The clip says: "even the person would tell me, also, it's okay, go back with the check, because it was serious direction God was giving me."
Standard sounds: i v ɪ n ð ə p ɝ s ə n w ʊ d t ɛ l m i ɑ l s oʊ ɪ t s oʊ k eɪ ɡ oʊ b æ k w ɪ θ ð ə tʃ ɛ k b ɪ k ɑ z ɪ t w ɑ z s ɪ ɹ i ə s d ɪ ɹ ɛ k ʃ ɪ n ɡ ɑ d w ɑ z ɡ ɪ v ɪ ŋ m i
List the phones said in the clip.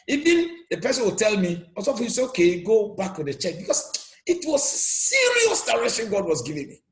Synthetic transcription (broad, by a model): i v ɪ n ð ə p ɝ s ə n w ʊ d t ɛ l m i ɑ s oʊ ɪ s oʊ k eɪ ɡ oʊ b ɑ k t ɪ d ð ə tʃ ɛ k b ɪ k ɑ s ɪ t w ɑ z s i ɹ i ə s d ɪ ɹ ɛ ʃ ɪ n ɡ ɑ d w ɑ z ɡ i v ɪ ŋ m i